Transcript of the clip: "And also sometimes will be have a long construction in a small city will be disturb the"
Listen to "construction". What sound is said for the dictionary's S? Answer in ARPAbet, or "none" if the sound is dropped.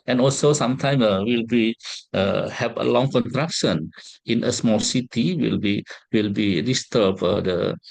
none